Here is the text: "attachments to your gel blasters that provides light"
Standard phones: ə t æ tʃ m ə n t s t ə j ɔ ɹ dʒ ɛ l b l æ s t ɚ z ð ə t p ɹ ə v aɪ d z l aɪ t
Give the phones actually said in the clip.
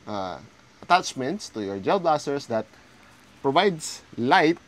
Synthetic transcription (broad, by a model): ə t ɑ tʃ m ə n t s t ə j ɔ ɹ dʒ ɛ l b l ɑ s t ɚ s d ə t p ɹ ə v aɪ d s l aɪ t